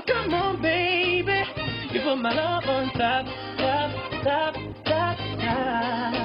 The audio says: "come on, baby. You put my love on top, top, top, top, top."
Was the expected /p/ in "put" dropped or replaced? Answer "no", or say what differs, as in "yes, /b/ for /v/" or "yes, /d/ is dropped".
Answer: yes, /f/ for /p/